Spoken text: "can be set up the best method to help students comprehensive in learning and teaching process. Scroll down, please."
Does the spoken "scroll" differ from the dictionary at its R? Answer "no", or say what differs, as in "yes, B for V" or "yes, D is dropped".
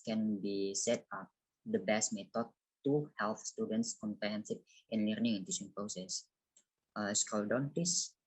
yes, R is dropped